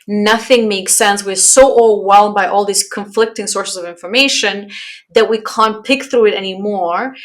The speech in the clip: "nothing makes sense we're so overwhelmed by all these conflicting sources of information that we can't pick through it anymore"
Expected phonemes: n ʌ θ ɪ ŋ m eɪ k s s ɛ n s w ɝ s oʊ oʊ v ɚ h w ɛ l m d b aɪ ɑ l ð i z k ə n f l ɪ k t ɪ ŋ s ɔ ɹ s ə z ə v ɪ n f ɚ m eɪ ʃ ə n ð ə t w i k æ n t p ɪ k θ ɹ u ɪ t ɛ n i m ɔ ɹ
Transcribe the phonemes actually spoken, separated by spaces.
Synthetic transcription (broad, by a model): n ʌ θ ɪ ŋ m eɪ k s s ɛ n s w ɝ s oʊ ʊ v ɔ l w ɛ l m b aɪ ɑ l ð i z k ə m f l ɪ k t ɪ ŋ s ɔ ɹ s ə z ə v ɪ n f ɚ m eɪ ʃ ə n ð ə t w i k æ n p ɪ k θ ɹ u ɪ t ɛ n i m ɔ ɹ